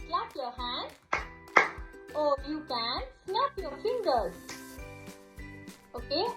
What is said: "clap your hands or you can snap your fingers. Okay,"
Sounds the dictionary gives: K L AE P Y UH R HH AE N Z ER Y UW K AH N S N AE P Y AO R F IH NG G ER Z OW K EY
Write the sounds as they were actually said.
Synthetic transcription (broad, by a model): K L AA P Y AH HH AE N AO Y UW K AH N S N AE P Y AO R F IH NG G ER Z OW K EY